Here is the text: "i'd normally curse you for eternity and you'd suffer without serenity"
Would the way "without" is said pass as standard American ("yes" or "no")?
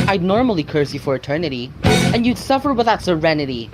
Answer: no